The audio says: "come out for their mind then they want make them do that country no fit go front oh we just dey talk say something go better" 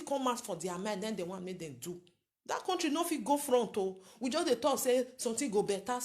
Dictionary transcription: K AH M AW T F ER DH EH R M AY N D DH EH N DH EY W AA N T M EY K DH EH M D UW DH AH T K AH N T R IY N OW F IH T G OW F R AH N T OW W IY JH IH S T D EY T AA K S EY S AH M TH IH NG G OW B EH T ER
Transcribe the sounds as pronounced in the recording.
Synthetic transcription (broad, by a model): K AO M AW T F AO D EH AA M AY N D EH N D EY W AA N M EY K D EH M D UW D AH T K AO N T R IY N OW F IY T G OW F R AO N T OW W IY JH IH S D EY T AA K S EY S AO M T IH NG G OW B EH T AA